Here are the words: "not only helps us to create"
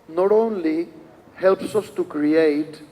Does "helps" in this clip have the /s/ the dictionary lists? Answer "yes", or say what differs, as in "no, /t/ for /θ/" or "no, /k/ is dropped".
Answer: yes